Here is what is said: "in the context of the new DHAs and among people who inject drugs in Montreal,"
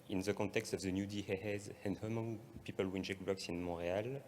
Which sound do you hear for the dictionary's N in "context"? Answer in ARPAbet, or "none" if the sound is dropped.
none